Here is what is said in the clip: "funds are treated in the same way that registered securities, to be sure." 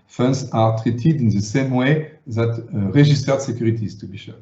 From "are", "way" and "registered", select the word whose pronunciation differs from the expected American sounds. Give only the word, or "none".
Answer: registered